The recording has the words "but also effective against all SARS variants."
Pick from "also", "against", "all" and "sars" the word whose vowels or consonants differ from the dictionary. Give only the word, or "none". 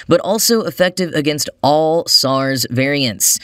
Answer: none